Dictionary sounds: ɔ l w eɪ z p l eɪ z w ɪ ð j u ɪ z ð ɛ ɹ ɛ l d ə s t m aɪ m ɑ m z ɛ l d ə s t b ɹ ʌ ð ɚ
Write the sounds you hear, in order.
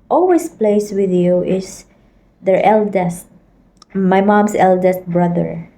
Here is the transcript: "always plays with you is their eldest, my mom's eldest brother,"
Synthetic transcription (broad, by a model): ɔ l w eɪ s p l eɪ s w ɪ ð j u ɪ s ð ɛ ɹ ɛ l d ə s t m aɪ m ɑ m s ɛ l d ə s t b ɹ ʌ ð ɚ